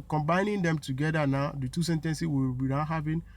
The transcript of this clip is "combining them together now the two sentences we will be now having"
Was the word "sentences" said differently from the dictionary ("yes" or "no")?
yes